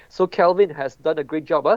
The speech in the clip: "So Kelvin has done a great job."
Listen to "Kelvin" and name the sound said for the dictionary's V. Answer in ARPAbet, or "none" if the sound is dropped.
V